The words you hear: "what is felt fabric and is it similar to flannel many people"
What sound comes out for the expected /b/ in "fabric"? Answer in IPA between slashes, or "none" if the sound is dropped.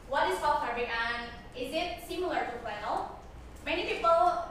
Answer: none